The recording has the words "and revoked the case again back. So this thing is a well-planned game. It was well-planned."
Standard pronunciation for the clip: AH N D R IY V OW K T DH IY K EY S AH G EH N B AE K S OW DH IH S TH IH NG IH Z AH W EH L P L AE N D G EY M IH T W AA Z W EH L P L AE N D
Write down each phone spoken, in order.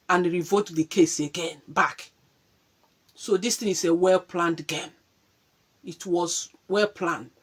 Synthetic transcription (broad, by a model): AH N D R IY V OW T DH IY K EY S AH G EH N B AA K S OW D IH S T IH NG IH S AH W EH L P L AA N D G EY M IH T W AA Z W EH L P L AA N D